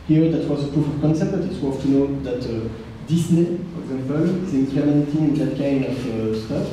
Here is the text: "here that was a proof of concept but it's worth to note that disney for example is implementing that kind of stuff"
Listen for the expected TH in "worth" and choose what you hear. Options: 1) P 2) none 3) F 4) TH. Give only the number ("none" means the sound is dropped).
3